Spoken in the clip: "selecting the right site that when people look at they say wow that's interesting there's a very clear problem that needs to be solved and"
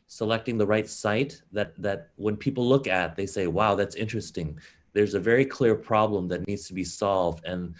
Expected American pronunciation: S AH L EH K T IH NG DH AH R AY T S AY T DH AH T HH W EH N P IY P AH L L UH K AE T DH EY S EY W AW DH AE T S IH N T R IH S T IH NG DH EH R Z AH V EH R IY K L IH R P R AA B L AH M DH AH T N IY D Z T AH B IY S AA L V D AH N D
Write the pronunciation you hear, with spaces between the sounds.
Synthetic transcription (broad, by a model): S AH L EH K T IH NG DH AH R AY T S AY T DH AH T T W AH N P IY P L L UH K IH T DH EY S EY W AW DH AE T S IH N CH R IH S T IH NG DH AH R Z AH V EH R IY K L IH R P R AA B L AH M DH AH T N IY D Z T AH B IY S AA L V D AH N